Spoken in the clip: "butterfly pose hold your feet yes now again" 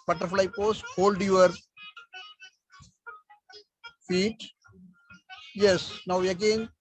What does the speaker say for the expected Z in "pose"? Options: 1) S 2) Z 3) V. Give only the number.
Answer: 1